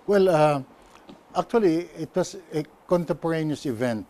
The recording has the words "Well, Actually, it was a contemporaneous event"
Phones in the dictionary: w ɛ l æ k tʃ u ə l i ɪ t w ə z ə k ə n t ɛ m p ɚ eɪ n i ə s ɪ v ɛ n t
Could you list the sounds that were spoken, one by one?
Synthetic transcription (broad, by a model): w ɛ l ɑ k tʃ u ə l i ɪ t w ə s ə k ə n t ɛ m p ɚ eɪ n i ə s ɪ v ɛ n t